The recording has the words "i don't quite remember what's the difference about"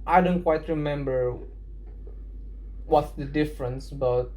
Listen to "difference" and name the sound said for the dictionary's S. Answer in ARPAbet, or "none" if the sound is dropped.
S